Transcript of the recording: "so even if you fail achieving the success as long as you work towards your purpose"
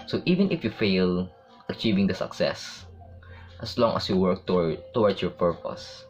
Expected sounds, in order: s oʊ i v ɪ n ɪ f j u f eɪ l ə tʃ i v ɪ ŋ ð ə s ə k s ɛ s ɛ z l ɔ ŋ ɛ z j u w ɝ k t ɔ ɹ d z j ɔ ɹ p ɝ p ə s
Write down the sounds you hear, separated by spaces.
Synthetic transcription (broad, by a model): s oʊ i v ɪ n ɪ f j u f eɪ l ə tʃ i v ɪ ŋ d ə s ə k s ɛ s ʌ s l ɔ ŋ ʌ s j u w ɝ k t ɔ w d s j ɔ ɹ p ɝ p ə s